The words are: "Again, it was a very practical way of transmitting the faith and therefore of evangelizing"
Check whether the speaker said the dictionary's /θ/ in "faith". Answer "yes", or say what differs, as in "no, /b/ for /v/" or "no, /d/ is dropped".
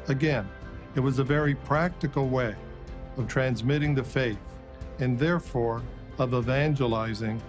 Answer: yes